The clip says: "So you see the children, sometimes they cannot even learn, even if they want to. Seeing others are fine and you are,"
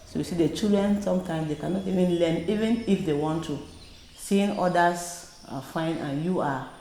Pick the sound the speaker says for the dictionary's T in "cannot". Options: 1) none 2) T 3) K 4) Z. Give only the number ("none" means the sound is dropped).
2